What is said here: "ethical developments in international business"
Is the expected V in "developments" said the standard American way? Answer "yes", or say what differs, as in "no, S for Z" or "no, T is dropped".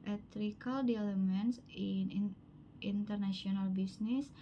no, V is dropped